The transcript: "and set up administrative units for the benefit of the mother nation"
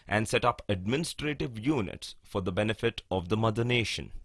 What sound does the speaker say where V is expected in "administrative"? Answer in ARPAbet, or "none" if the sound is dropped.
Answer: V